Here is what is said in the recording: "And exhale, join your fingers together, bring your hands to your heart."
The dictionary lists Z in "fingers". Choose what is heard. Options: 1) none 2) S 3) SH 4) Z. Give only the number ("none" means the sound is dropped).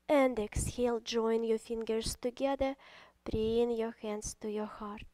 2